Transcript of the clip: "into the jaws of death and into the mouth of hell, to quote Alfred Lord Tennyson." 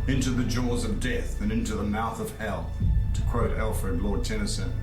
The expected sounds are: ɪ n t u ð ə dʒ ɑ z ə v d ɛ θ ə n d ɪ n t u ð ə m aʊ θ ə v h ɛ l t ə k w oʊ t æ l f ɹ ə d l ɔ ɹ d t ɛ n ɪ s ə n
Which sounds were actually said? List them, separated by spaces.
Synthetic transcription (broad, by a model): ɪ n t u ð ə dʒ ɑ z ə v d ɛ θ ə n ɪ n t u ð ə m aʊ θ ə v h ɛ l t ə k w oʊ t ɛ l f ɹ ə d l ɔ ɹ d t ɛ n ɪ s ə n